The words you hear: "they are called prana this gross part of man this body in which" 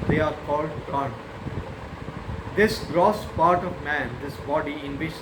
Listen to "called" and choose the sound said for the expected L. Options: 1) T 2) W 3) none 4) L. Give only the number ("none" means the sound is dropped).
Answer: 4